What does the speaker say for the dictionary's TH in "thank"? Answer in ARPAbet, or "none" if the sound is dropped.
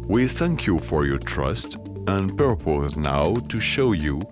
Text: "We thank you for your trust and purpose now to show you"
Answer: TH